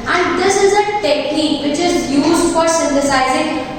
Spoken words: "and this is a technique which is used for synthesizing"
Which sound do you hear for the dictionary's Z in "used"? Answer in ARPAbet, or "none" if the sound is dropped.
Z